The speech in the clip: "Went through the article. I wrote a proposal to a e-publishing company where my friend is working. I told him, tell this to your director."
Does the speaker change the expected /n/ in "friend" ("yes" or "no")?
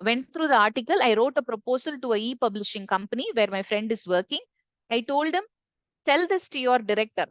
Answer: no